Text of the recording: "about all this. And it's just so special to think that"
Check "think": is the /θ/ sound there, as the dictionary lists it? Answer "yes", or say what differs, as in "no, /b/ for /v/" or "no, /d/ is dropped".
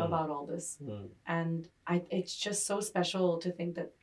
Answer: yes